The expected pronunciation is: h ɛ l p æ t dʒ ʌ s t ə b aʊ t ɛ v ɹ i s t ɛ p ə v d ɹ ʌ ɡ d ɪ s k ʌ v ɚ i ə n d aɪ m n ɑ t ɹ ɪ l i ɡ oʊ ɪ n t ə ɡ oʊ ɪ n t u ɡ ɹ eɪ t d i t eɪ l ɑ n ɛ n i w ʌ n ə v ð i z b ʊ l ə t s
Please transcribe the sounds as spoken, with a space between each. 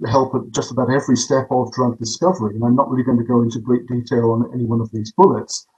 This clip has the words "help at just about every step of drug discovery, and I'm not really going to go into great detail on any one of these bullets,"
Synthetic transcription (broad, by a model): h ɛ l p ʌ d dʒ ʌ s t ə b aʊ t ɛ v ɹ i s t ɛ p ə v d ɹ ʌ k d ɪ s k ʌ v ɚ i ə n aɪ m n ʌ t ɹ ɪ l i ɡ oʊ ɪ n t ə ɡ oʊ ɪ n t u ɡ ɹ eɪ t d i t eɪ l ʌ n ɛ n i w ʌ n ə v ð i z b ʊ l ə t s